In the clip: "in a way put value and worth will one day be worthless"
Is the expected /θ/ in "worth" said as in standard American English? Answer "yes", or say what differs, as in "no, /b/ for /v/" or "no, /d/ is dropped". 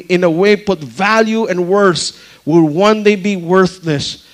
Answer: no, /s/ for /θ/